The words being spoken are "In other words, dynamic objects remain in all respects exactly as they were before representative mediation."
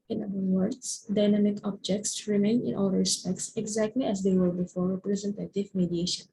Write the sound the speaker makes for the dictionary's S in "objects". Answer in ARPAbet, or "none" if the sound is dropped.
S